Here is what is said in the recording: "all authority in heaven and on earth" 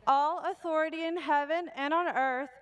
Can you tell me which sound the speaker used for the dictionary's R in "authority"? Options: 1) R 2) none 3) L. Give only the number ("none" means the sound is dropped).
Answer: 1